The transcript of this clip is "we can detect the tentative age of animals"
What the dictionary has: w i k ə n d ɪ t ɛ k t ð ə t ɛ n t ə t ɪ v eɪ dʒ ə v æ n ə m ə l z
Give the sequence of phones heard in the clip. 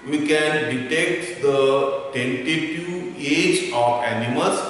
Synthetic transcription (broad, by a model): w i k ə n d ɪ t ɛ k t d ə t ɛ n t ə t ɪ eɪ dʒ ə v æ n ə m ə l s